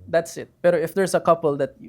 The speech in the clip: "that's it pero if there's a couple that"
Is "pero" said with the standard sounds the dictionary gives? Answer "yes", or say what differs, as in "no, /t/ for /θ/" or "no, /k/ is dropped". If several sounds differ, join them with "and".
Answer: no, /b/ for /p/